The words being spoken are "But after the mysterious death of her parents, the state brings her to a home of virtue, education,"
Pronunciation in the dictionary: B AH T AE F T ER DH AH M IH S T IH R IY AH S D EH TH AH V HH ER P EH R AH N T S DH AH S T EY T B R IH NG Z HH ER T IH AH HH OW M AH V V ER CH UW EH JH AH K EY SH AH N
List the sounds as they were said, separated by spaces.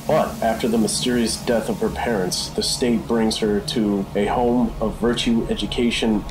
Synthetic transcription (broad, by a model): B AH T AE F T ER DH AH M IH S T IH R IY AH S D EH TH AH V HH ER P EH R AH N T S DH AH S T EY T B R IH NG Z HH ER T IH AH HH OW M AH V V ER CH UW EH JH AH K EY SH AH N